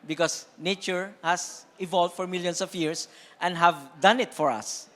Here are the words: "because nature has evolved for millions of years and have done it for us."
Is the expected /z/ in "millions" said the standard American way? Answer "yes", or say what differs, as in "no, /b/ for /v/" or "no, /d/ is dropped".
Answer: no, /s/ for /z/